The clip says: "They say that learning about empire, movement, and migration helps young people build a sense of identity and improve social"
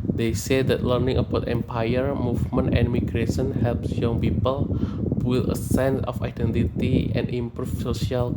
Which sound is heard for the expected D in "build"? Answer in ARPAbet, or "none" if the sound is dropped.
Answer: none